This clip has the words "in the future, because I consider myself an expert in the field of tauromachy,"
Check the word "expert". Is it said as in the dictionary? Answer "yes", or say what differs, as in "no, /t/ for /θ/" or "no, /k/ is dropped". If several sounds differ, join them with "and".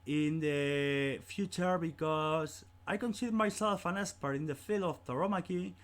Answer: no, /k/ is dropped